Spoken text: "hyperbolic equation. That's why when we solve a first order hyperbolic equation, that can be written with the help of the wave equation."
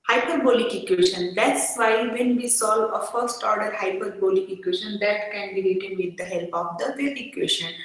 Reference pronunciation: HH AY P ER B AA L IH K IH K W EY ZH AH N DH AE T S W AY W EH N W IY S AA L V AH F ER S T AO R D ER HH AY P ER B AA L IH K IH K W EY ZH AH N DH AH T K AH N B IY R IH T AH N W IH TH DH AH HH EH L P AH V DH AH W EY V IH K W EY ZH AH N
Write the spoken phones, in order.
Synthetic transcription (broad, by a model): HH AY P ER B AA L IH K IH K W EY SH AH N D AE T S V AY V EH N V IY S AA L V AH F ER S T AO R D ER HH AY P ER B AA L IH K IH K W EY SH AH N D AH T K AH N B IY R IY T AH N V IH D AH HH EH L P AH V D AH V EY IH K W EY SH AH N